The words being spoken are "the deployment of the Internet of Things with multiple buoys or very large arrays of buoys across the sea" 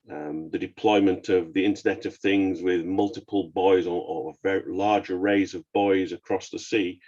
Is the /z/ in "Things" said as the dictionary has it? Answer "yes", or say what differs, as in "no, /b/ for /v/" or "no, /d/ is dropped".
yes